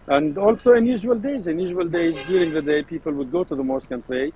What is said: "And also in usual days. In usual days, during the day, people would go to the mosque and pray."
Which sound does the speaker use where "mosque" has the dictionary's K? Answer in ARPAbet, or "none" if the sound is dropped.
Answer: K